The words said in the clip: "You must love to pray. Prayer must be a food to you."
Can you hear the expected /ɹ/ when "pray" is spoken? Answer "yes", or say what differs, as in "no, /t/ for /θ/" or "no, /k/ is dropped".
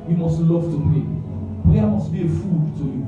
no, /ɹ/ is dropped